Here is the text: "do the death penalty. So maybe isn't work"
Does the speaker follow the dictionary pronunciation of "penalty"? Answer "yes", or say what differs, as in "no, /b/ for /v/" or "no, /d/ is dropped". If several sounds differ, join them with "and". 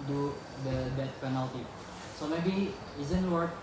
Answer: yes